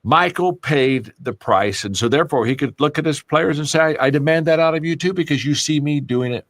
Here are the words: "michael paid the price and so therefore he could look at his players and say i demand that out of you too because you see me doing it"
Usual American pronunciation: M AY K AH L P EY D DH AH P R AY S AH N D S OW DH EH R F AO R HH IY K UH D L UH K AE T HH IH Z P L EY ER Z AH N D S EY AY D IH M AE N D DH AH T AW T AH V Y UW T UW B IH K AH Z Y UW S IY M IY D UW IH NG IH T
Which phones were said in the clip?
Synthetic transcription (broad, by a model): M AY K L P EY D DH AH P R AY S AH N S OW DH EH R F AO R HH IY K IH D L UH K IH T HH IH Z P L EY ER Z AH N S EY AY D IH M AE N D DH AH T AW T AH V Y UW T UW B IH K AH Z Y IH S IY M IY D UW IH NG IH T